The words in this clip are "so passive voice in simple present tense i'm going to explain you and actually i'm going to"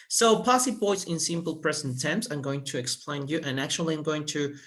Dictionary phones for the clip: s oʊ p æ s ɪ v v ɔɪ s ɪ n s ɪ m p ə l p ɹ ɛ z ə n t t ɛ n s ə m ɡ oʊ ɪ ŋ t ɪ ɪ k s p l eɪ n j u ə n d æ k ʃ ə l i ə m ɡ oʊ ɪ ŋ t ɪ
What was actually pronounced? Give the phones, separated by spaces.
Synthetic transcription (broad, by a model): s oʊ p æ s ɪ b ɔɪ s ɪ n s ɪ m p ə l p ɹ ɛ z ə n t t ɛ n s ə m ɡ oʊ ɪ ŋ t ɪ ɪ k s p l eɪ n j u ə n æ k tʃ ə l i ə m ɡ oʊ ɪ ŋ t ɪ